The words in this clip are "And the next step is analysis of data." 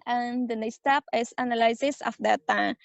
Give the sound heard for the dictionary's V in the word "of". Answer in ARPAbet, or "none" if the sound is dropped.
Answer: F